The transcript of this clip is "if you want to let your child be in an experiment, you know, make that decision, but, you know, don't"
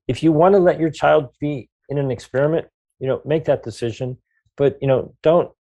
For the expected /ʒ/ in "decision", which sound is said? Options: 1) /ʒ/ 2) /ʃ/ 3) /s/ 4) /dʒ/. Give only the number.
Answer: 1